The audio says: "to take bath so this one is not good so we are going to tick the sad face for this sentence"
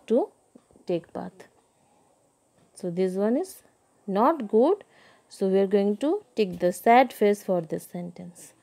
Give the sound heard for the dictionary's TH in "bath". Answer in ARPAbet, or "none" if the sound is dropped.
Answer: T